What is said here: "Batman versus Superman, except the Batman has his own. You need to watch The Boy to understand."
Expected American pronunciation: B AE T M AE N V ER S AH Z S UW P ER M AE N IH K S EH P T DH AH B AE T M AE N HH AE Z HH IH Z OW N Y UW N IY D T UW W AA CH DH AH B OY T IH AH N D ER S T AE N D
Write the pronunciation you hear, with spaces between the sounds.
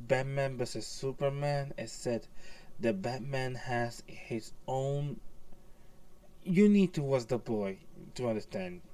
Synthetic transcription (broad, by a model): B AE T M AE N B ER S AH S UW P ER M AE N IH S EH T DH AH B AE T M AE N HH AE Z HH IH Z OW N Y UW N IY D T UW W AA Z DH AH B OY T IH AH N D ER S T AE N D